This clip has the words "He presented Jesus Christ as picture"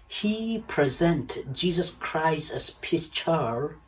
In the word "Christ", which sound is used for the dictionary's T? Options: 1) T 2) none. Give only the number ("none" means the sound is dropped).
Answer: 1